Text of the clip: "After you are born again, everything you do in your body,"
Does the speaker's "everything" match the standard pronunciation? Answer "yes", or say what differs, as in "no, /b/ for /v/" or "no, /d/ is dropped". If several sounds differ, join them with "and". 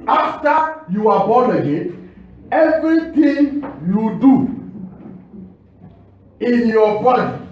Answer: no, /t/ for /θ/